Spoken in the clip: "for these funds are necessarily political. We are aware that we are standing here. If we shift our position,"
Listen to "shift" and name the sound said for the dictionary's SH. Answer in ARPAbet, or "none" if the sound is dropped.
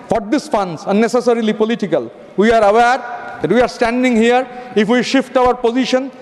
SH